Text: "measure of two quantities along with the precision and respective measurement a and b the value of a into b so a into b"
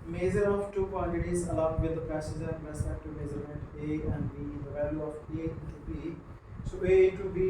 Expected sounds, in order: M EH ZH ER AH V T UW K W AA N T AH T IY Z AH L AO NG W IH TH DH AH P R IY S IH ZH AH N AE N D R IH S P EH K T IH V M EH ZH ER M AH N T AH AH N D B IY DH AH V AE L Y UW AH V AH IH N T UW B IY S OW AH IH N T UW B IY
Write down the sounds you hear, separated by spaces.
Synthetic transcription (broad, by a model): M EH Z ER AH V T UW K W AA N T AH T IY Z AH L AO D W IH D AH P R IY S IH Z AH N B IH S EH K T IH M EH Z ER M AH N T AH AH N D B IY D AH V AE L Y UW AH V AH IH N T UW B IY S OW AH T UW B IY